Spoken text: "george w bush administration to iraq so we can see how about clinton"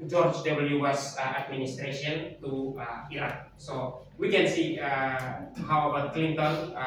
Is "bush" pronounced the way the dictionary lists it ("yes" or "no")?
no